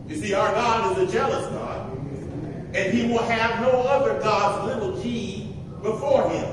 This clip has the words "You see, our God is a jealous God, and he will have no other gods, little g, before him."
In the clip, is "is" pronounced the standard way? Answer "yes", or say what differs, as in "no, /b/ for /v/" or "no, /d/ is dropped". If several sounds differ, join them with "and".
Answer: yes